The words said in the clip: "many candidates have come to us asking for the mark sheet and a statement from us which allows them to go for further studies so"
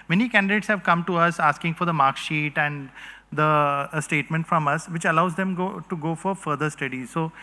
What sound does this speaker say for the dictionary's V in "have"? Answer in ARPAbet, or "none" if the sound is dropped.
V